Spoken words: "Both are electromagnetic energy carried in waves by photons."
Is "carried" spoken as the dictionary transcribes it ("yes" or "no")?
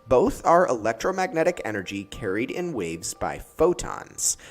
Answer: yes